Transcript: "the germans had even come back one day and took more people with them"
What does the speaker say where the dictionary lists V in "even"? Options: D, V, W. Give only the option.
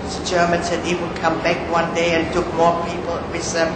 W